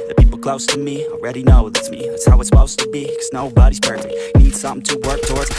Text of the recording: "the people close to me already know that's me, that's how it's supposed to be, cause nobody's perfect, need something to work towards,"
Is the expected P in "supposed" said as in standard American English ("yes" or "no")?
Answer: no